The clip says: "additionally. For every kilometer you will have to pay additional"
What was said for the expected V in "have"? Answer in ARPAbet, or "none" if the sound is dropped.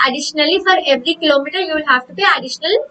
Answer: F